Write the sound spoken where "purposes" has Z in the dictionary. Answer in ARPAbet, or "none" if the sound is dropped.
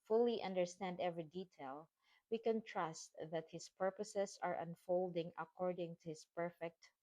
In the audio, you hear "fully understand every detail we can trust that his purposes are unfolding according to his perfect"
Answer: S